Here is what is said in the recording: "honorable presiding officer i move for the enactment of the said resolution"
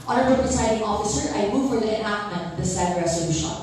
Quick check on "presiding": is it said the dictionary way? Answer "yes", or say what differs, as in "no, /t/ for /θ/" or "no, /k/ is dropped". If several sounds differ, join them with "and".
no, /ɹ/ is dropped and /s/ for /z/